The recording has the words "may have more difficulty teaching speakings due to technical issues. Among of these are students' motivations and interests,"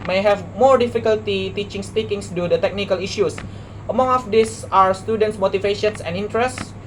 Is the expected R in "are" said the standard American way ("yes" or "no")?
no